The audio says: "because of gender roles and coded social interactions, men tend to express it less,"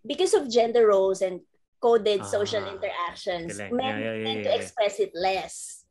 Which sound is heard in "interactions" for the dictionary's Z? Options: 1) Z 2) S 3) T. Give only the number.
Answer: 2